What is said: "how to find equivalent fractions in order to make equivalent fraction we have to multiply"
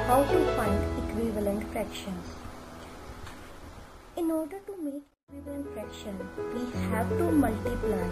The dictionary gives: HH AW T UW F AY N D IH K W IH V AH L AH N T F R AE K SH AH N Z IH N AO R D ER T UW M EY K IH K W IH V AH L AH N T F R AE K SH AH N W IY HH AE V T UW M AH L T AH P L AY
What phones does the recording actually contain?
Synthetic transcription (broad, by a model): HH AW T UW F AY N D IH K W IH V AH L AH N T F R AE K SH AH N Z IH N AO R D ER T UW M EY K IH K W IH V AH L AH N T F R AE K SH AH N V IY HH AE V T UW M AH L T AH P L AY